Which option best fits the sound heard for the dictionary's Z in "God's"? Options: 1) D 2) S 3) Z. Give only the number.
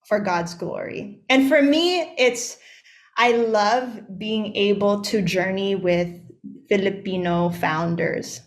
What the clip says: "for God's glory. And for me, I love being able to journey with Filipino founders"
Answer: 3